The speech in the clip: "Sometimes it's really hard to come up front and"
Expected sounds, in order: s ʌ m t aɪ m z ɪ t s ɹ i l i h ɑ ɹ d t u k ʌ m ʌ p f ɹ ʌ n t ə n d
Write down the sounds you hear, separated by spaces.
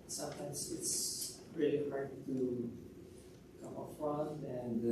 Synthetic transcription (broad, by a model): s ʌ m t aɪ m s ɪ t s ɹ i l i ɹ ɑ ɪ t u k ʌ m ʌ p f ɹ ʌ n ə n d